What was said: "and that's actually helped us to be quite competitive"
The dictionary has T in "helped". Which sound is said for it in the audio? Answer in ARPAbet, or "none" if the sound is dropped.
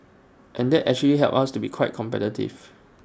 none